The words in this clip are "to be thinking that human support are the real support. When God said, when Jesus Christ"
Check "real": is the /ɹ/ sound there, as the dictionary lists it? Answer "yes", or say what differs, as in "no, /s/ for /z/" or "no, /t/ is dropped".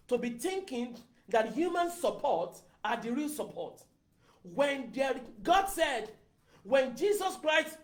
yes